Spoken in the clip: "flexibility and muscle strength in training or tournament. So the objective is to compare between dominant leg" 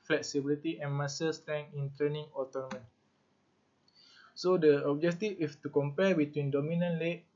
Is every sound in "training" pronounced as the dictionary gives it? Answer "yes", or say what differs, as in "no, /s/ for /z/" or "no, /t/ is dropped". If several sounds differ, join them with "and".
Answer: no, /ɹ/ is dropped